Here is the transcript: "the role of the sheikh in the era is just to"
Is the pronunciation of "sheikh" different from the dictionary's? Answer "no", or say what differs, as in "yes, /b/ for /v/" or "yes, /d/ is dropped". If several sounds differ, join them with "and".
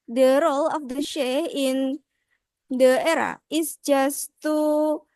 yes, /k/ is dropped